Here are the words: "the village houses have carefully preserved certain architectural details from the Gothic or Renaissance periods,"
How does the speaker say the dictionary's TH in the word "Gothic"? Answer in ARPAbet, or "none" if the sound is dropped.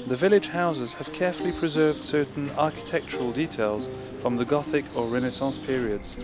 TH